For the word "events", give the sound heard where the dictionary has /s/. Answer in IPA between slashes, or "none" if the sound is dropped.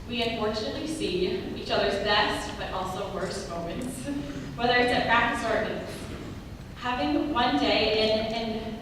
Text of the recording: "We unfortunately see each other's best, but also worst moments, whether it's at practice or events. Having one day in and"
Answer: none